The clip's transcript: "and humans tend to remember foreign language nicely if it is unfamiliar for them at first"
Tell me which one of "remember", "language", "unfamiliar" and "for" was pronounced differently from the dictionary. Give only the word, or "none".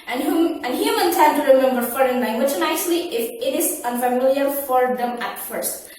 none